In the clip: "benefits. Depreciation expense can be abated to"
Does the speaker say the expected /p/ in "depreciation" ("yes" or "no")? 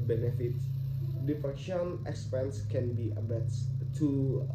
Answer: no